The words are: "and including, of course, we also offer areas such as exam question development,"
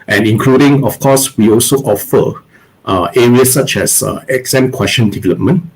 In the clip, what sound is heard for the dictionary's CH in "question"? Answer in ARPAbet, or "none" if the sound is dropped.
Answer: SH